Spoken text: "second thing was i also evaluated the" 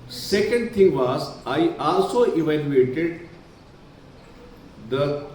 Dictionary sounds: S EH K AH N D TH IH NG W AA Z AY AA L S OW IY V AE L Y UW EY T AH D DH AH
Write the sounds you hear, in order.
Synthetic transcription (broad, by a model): S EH K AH N D T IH NG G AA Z AY AA L S OW IY V AE L Y UW EY T AH D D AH